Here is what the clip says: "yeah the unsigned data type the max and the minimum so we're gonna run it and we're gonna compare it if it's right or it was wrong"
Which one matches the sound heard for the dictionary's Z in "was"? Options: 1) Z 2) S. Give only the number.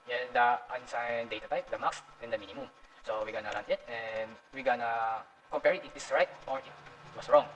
2